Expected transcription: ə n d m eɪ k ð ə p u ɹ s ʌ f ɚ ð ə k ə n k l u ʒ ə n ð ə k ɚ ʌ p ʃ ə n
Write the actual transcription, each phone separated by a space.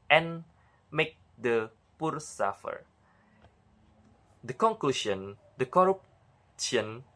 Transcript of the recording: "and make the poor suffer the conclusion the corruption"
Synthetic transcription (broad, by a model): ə n m eɪ k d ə p u ɹ s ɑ f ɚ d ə k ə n k l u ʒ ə n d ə k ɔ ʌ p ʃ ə n